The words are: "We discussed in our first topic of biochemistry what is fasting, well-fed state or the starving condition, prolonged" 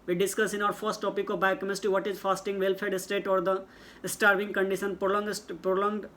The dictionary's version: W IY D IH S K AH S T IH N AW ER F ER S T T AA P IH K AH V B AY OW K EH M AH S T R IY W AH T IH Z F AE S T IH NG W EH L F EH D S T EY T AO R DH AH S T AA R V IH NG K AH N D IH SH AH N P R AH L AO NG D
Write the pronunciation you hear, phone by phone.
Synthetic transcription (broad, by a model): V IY D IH S K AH S IH N AW ER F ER S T T AA P IH K AH V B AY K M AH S T IY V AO T IH Z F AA S T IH NG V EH L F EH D S T EY T AO R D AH S T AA R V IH NG K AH N D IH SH AH N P R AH L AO NG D